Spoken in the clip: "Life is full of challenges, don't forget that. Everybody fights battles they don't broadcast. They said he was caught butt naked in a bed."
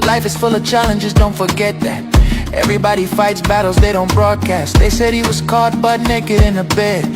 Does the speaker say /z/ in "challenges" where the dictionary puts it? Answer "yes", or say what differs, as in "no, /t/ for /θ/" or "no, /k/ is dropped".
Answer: yes